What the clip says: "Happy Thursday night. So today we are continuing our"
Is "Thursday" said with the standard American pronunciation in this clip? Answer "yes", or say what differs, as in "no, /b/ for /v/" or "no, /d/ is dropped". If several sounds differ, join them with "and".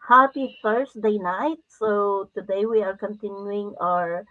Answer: no, /f/ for /θ/ and /s/ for /z/